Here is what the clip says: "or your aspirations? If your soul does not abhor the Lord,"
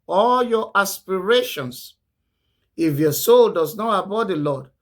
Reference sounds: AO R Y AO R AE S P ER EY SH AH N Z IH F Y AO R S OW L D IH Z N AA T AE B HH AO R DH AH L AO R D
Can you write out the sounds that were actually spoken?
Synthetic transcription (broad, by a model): AO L Y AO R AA S P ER EY SH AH N S IH F Y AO S OW L D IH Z N AA T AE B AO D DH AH L AO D